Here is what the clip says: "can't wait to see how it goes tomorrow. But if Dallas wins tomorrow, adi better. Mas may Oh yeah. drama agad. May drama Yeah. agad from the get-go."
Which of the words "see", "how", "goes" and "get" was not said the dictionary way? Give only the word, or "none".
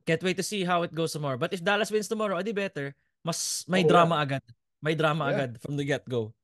goes